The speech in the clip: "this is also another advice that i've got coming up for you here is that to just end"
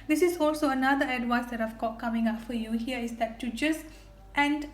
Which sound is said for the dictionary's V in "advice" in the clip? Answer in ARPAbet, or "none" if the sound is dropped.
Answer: W